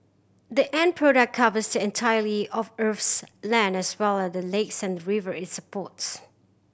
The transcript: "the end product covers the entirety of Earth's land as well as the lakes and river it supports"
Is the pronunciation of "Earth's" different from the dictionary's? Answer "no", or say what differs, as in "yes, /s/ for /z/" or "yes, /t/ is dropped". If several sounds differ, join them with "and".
yes, /f/ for /θ/